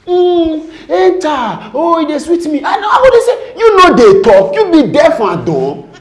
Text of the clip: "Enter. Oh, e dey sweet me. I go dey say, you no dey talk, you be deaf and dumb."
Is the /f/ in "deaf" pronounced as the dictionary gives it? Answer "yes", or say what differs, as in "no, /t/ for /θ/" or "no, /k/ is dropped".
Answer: yes